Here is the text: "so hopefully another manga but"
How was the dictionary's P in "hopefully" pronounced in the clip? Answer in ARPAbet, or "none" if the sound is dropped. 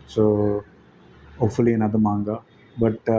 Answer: none